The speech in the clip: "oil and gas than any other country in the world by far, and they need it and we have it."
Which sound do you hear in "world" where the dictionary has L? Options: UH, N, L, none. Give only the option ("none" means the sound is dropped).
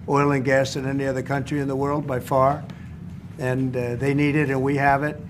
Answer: L